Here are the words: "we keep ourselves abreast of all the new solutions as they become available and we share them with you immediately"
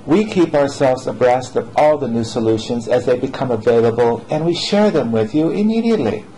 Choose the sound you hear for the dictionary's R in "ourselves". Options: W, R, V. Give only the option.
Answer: R